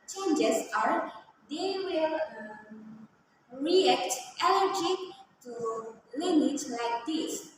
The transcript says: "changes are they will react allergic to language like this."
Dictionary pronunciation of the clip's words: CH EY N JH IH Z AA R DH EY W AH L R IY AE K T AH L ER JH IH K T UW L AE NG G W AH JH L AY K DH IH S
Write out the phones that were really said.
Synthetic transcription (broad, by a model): CH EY N JH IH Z AA R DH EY W AH L R IY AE K T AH N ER JH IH T UW L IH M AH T L AY K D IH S